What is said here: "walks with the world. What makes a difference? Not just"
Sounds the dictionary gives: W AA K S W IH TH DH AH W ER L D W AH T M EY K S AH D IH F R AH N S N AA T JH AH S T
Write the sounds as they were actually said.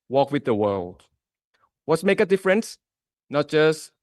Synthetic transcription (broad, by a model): W AA K W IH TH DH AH W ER L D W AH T M EY K AH D IH F R AH N S N AA T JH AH S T